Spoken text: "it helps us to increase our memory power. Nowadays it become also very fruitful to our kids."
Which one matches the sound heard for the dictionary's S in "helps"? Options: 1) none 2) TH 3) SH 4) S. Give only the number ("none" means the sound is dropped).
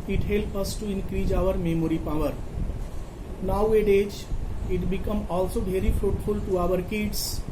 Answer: 1